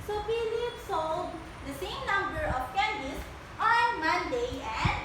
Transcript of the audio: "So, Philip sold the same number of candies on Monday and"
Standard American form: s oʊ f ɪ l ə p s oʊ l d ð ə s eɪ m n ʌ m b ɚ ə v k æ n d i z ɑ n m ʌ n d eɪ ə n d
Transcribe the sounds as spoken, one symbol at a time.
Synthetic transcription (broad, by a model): s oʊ p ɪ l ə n s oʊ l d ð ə s eɪ m n ʌ m b ɚ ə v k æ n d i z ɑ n m ʌ n d eɪ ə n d